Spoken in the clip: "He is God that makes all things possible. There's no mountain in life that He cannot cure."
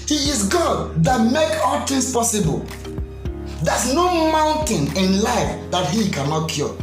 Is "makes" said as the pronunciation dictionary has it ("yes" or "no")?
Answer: no